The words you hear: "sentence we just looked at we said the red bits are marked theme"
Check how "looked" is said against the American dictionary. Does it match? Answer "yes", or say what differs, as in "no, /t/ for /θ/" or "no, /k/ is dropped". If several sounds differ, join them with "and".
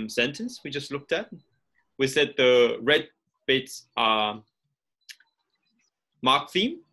yes